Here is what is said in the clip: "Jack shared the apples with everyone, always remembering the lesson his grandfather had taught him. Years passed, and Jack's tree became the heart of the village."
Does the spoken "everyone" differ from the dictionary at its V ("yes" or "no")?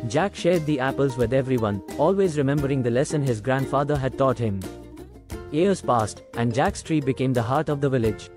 no